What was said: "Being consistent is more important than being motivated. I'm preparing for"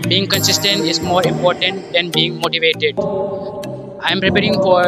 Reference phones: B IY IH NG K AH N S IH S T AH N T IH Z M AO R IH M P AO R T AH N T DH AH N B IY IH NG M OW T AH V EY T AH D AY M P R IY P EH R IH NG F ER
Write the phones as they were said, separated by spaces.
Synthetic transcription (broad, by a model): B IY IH NG K AH N S IH S T AH N T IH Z M AO R IH M P AO R T AH N T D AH N B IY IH NG M OW T AH V EY T AH D AY M P R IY P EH R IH NG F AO